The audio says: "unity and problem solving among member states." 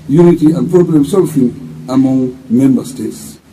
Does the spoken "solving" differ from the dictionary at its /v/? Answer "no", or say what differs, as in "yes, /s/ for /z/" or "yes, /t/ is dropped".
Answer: yes, /f/ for /v/